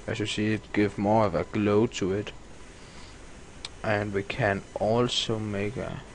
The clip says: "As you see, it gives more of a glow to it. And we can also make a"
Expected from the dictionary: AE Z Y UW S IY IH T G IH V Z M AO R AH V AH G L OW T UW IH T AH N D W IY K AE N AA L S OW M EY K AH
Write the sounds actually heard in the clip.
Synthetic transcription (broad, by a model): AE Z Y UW S IY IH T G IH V M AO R AH V AH G L OW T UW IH T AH N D W IY K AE N AA L S OW M EY K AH